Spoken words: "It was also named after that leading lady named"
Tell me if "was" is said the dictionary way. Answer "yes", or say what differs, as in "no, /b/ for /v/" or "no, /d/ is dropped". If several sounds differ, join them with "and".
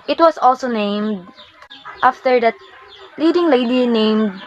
no, /s/ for /z/